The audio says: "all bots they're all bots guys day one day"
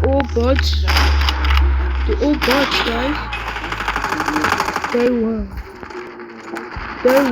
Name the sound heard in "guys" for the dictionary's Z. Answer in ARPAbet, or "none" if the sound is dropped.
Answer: none